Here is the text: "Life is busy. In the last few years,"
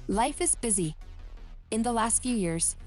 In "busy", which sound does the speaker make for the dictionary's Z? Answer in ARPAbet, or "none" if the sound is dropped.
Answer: Z